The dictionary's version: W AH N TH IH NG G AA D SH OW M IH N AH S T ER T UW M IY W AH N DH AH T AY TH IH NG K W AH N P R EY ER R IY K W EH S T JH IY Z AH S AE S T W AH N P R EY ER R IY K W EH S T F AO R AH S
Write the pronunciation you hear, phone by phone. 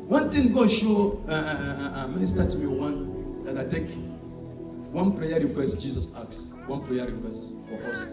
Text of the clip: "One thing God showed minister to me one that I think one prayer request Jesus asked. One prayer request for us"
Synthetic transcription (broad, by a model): W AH N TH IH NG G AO SH OW M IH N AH S T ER T UW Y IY W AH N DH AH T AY T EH K W AH N P R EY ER R IY K W EH S T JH IY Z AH S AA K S W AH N P R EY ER R IY K W EH S T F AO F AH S